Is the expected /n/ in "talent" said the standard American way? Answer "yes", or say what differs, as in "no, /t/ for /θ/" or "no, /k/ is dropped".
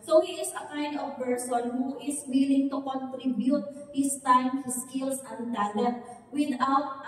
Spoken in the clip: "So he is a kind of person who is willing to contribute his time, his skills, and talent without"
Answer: no, /n/ is dropped